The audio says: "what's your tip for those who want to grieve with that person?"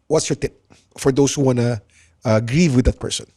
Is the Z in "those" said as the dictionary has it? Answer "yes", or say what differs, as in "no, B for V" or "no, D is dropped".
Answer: no, S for Z